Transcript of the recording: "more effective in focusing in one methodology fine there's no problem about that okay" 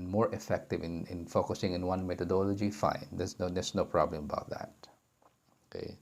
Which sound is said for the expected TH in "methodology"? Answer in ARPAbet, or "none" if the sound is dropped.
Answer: T